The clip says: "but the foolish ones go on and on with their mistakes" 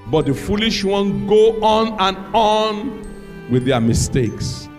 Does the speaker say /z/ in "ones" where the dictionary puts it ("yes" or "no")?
no